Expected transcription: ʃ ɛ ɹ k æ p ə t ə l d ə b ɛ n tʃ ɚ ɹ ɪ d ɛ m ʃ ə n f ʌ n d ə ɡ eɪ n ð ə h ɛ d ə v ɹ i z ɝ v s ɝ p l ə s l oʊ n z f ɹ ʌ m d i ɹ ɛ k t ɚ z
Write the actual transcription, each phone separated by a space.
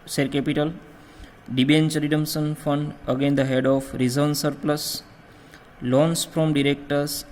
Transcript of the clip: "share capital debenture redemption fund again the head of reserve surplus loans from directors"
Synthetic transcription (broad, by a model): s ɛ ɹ k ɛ p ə t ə l d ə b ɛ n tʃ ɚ ɹ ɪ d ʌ m s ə n f ʌ n d ə ɡ eɪ n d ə h ɛ d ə f ɹ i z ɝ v s ɝ p l ə s l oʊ n s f ɹ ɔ m d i ɹ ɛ k t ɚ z